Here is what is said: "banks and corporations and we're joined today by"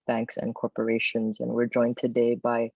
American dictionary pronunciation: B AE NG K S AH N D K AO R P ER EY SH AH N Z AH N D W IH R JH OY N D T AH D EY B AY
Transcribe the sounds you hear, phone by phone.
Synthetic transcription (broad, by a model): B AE NG K S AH N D K AO R P ER EY SH AH N Z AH N W IH R JH OY N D T AH D EY B AY